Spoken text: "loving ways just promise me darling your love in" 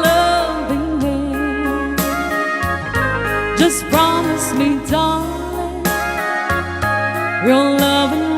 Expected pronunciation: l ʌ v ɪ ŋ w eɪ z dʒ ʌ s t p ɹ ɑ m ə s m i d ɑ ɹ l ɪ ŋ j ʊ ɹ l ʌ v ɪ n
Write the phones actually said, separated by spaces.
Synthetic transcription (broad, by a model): l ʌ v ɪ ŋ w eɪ dʒ ʌ s p ɹ ɑ m ə s m i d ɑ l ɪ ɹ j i l ʌ v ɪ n